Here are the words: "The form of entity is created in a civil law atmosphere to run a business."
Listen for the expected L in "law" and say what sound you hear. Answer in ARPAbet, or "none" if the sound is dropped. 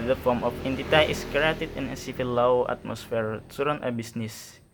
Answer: W